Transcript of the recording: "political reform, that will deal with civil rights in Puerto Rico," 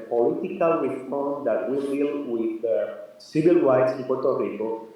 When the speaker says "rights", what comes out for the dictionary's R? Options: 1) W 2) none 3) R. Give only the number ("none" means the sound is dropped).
1